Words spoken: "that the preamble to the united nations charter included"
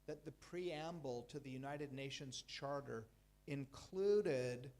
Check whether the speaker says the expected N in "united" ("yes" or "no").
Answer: yes